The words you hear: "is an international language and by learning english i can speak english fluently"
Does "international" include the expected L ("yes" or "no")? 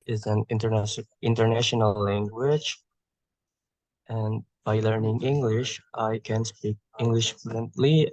no